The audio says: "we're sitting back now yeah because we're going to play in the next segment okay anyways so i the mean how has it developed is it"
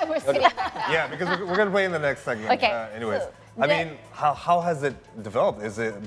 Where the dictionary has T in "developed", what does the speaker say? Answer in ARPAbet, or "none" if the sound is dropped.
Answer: T